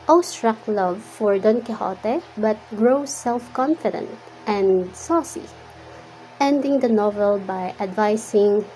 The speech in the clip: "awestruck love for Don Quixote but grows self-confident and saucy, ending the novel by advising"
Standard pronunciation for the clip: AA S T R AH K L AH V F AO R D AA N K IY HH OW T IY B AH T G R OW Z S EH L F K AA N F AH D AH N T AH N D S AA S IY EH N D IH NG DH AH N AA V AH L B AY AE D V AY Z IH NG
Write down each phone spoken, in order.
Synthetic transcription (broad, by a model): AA S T R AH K L AH V F AO R D AA N K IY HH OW T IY B AH T G R OW S EH L F K AA N F AH D AH N T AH N S AA S IY EH N D IH NG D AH N AA V AH L B AY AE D V AY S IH NG